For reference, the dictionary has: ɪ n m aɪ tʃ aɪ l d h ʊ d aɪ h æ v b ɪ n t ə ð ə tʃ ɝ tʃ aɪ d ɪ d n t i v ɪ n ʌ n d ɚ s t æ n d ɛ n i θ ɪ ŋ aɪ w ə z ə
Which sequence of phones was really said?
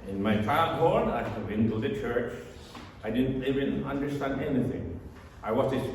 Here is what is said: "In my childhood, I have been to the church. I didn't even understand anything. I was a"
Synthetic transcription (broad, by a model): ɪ n m aɪ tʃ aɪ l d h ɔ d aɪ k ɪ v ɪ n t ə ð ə tʃ ɝ tʃ aɪ d ɪ d n t i v ɪ n ʌ n d ɚ s t æ n d ɛ n i θ ɪ ŋ aɪ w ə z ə